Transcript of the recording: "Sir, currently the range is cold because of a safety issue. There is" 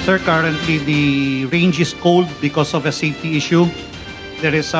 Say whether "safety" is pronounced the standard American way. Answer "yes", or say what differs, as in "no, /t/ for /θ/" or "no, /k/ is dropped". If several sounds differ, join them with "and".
no, /f/ is dropped